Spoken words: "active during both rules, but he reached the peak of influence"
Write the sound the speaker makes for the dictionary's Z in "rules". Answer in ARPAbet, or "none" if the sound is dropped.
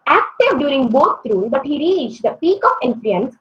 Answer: none